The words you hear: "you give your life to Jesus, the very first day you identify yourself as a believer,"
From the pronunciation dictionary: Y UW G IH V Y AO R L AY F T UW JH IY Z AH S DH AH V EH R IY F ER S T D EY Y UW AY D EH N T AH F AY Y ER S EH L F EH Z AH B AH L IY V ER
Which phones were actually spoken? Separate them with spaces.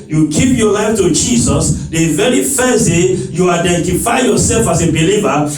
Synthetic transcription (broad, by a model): Y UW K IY P Y AO L AY F T UW JH IY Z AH S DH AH V EH R IY F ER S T D EY Y UW AY D EH N T AH F AY Y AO S EH L F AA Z AH B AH L IY V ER